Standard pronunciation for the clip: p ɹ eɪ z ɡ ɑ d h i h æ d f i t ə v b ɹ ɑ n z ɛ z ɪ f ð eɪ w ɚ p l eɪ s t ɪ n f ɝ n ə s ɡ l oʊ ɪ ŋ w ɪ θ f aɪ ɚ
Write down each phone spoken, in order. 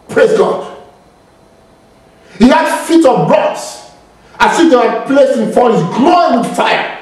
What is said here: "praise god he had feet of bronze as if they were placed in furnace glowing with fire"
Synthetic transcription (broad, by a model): p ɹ eɪ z ɡ ɑ d h i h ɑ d f i t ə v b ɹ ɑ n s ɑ s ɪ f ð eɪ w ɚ p l eɪ s t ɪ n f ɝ ə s ɡ l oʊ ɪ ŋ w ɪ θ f aɪ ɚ